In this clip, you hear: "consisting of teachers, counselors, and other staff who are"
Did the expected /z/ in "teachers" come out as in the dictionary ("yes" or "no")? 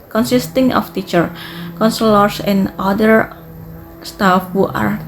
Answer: no